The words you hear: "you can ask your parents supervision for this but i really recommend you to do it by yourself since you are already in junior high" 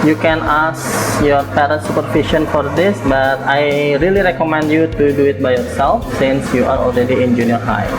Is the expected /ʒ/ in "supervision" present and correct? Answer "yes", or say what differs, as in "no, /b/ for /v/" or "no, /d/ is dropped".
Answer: no, /ʃ/ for /ʒ/